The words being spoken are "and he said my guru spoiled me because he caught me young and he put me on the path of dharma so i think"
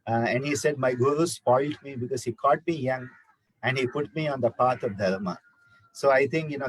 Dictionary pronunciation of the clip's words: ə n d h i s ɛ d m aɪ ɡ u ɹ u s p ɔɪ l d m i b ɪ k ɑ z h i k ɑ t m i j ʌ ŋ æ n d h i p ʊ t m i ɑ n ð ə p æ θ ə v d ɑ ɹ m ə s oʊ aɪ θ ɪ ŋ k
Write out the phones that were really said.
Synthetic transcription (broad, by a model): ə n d h i s ɛ d m aɪ ɡ u ɹ u s p ɔɪ l d m i b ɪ k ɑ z h i k ɑ t m i j ʌ ŋ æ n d h i p ʊ t m i ɑ n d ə p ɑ t ə v d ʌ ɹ m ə s oʊ aɪ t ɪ ŋ k